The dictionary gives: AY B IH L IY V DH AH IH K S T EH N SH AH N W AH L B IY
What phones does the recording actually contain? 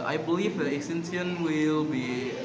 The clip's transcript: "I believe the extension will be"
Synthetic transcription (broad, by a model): AY B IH L IY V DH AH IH S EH N S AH N W AH L B IY